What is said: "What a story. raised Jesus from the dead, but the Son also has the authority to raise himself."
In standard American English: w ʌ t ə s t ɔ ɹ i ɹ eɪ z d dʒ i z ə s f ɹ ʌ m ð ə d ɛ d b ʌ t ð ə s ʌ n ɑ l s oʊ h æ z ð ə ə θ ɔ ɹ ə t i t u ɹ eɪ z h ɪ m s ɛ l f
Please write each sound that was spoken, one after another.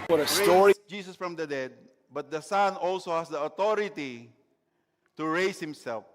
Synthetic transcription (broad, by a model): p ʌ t ə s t ɔ ɹ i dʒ i s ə s f ɹ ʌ m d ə d ɛ d b ʌ t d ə s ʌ n ɑ l s oʊ h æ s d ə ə t ɔ ɹ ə t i t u ɹ eɪ s h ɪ m s ɛ l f